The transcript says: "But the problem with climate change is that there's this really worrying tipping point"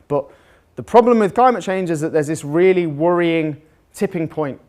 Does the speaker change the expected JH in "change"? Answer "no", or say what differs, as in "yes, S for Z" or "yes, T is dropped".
no